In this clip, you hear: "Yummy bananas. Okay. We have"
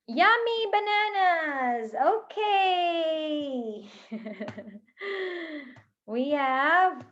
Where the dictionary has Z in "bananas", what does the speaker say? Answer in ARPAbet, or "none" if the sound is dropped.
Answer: Z